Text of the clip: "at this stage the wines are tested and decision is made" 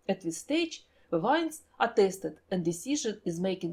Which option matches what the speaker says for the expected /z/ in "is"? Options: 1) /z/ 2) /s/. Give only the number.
1